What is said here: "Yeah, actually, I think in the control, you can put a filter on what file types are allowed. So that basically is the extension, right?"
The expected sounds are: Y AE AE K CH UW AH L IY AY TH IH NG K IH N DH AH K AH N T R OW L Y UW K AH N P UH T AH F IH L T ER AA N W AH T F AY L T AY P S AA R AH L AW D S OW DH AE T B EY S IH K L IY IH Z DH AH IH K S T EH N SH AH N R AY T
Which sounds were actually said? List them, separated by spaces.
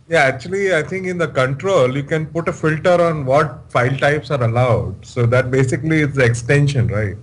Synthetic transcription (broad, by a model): Y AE AE K CH UW AH L IY AY T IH NG K IH N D AH K AH N T R OW L Y UW K AH N P UH T AH F IH L T ER AA N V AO T F AY L T AY P S AA R AH L AW D S OW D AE T B EY S IH K L IY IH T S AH K S T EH N SH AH N R AY T